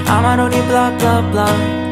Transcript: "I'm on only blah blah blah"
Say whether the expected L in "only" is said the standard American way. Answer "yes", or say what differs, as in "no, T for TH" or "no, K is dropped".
no, L is dropped